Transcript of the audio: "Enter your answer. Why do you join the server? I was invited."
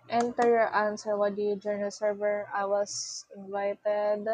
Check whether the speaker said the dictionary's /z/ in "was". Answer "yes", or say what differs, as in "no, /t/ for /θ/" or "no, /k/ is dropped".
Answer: no, /s/ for /z/